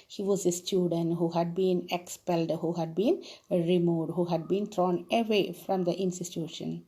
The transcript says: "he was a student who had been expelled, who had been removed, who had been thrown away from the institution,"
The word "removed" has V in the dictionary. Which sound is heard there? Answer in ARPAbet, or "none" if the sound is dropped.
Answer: none